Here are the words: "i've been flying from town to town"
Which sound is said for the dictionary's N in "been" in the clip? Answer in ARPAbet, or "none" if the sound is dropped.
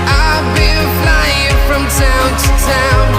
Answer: L